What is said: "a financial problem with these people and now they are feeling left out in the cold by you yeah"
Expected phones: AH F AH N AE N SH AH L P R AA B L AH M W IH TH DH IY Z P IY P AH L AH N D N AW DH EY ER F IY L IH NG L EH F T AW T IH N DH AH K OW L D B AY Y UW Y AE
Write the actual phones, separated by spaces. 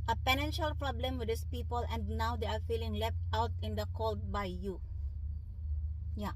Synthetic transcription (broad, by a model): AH P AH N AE N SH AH L P R AA B L AH M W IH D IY S P IY P AH L AH N D N AW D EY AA F IY L IH NG L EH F T AW T IH N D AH K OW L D B AY Y UW Y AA